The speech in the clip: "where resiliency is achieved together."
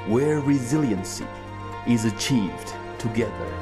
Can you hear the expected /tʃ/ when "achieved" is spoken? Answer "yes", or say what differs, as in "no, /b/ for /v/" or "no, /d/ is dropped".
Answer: yes